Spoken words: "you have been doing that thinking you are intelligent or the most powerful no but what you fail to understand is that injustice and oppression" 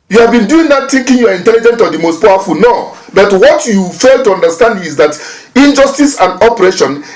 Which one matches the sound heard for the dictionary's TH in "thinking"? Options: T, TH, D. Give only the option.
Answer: T